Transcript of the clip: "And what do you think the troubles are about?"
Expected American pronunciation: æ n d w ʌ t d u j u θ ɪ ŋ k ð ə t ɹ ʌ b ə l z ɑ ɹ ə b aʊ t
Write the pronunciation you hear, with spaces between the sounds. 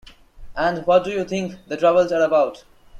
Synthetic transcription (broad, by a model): æ n d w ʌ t d u j u t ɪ ŋ k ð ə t ɹ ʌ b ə l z ɑ ɹ ə b aʊ t